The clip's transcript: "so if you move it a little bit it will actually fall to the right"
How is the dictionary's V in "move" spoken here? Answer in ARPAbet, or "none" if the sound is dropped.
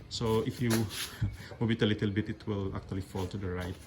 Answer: B